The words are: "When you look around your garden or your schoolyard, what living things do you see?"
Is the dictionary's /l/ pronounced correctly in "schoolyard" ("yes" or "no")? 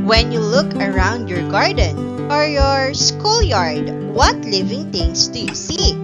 yes